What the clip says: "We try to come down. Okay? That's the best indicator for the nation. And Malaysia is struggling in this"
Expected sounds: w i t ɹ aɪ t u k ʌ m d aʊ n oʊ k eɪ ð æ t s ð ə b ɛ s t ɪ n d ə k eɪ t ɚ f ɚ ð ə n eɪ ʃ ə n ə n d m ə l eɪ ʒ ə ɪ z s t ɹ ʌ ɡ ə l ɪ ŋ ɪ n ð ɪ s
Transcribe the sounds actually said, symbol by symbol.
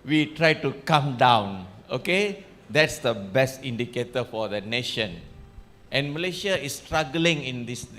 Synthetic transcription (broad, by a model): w i t ɹ aɪ t u k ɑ m d aʊ n oʊ k eɪ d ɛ t s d ə b ɛ s t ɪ n d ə k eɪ t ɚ f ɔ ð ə n eɪ ʃ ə n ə n m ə l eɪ ʃ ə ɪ s t ɹ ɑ ɡ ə l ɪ ŋ ɪ n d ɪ s